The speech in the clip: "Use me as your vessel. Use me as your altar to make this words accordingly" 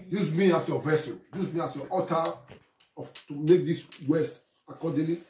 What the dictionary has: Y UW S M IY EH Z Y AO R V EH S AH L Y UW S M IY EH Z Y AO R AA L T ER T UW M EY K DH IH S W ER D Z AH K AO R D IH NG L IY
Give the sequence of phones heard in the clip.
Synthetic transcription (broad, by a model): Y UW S M IY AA S Y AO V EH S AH N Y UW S M IY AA S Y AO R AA T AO T UW M EY K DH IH S W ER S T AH K AO D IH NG L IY